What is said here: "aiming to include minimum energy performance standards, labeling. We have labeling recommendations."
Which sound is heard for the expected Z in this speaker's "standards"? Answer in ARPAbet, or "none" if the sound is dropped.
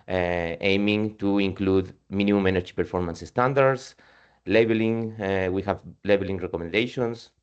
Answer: S